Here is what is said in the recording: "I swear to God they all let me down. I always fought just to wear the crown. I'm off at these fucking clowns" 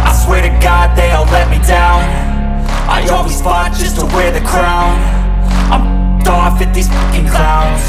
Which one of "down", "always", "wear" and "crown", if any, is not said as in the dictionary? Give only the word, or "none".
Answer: none